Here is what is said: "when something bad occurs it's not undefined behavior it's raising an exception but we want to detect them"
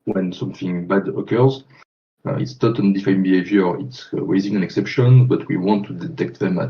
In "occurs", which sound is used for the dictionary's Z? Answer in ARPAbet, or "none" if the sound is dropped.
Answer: Z